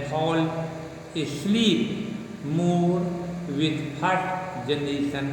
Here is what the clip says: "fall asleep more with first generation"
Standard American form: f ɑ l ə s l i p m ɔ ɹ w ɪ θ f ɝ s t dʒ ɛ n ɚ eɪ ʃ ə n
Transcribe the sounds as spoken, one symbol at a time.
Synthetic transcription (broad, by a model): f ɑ l ə s l i p m ɔ ɹ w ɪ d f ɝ t dʒ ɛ n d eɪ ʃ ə n